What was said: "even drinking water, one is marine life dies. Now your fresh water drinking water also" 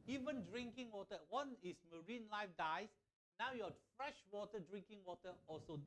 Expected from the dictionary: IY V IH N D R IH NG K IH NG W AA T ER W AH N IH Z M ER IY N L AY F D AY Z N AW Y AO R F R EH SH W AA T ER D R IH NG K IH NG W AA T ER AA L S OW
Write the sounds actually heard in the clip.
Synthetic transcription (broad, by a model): IY V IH N D R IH NG K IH NG W AA T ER W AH N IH S M ER IY N L AY F D AY S N AW Y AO F R EH SH W AA T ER D R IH NG K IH NG W AA T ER AA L S OW